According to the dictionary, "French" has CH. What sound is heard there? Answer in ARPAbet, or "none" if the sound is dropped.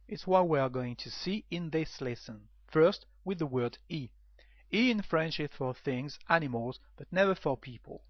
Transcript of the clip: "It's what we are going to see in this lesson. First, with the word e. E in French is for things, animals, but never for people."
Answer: SH